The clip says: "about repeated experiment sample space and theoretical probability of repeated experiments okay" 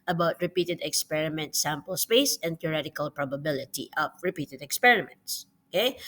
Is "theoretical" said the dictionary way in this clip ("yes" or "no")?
no